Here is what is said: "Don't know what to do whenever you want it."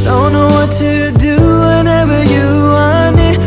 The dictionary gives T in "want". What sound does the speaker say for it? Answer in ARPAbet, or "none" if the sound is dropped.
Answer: none